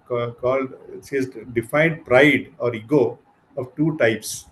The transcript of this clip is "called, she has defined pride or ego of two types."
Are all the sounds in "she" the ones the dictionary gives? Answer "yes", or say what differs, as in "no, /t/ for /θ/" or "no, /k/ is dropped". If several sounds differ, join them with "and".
no, /s/ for /ʃ/